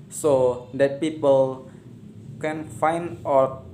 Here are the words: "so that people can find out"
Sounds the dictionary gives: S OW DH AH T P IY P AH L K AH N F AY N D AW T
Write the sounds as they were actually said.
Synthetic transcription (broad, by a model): S OW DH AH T P IY P AH L K AH N F AY N D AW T